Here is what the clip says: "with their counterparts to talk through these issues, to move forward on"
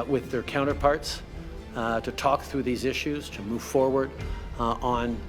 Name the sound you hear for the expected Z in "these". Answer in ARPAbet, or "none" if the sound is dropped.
Z